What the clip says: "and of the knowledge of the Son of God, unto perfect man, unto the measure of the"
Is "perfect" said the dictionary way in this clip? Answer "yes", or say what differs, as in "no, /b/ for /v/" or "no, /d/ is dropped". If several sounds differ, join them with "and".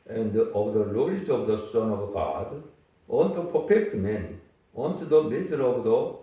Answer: no, /p/ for /f/